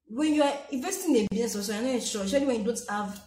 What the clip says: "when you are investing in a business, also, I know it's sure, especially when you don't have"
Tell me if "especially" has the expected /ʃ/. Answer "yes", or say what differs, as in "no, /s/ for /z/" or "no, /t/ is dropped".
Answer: no, /ʃ/ is dropped